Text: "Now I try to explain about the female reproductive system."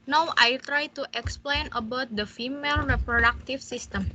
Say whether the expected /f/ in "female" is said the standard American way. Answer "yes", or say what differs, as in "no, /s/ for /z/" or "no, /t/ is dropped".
yes